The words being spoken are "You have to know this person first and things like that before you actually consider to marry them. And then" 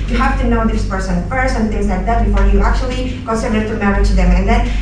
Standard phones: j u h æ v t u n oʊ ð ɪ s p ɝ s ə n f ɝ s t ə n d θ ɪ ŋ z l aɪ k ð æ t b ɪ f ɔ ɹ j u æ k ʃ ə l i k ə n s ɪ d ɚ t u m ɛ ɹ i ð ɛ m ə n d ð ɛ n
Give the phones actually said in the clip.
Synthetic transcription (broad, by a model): j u h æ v t u n oʊ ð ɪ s p ɝ s ə n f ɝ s ə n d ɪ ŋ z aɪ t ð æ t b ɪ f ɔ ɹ j u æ k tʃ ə l i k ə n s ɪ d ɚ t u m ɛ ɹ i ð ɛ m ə n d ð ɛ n